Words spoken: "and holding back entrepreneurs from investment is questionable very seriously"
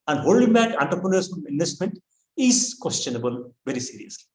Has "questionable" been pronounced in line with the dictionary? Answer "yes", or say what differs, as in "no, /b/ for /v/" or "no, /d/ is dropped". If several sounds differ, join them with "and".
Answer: yes